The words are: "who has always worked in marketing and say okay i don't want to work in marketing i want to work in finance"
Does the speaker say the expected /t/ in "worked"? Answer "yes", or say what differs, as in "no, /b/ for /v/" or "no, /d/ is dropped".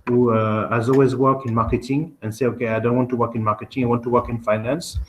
no, /t/ is dropped